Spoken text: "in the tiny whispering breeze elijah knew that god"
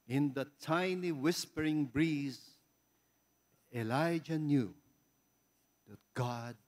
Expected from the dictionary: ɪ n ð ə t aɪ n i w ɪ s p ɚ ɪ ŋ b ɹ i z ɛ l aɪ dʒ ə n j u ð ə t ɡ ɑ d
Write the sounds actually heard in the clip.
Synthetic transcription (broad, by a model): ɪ n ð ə t aɪ n i w ɪ s p ɚ ɪ ŋ b ɹ i z ɛ l aɪ dʒ ə n j u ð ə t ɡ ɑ d